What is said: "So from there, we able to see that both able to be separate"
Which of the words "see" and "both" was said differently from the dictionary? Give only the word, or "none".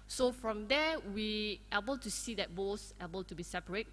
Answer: both